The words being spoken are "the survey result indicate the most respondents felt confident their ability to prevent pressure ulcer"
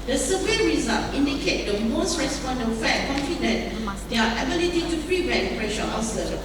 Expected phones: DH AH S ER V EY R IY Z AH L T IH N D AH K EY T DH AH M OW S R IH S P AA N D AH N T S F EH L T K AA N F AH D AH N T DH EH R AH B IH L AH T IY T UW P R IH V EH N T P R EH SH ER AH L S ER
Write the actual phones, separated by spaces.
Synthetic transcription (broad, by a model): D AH S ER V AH R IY Z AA L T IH N D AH K EY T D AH M OW S R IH S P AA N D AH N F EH T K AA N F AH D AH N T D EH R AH B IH L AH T IY T UW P R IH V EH T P R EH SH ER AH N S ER